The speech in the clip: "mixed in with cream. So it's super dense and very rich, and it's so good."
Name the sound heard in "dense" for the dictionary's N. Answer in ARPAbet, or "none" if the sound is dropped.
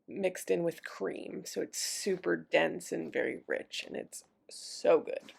N